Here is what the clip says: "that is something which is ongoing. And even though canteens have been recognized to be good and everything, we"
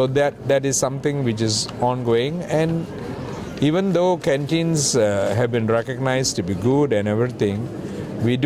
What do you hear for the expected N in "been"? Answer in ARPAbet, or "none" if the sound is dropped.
N